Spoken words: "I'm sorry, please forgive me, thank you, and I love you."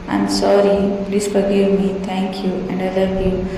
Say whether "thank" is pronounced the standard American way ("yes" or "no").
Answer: no